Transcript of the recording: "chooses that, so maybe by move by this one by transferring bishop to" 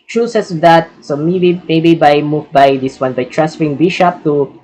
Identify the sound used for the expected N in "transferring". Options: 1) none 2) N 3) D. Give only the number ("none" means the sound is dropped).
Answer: 1